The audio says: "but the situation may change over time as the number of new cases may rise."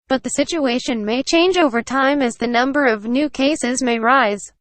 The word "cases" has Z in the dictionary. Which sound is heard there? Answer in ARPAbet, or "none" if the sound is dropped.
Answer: Z